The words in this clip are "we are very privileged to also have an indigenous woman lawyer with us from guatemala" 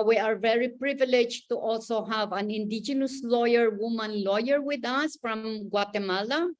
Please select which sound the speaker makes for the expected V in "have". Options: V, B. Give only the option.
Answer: V